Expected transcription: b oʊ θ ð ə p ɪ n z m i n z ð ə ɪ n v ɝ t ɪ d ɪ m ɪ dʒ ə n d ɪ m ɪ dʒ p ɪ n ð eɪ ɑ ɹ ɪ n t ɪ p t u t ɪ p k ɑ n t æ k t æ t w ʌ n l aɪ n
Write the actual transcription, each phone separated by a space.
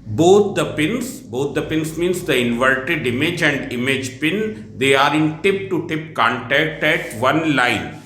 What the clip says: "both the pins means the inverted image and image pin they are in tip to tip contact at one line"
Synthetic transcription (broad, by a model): b oʊ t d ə p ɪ n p m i n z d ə ɪ n v ɝ t ɪ d ɪ m ɪ dʒ ə n d ɪ m ɪ dʒ p ɪ n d eɪ ɑ ɹ ɪ n t ɪ p t u t ɪ p k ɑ n t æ k t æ t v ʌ n l aɪ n